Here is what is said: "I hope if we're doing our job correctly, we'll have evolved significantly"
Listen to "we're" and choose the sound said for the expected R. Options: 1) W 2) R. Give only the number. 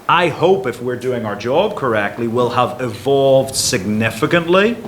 2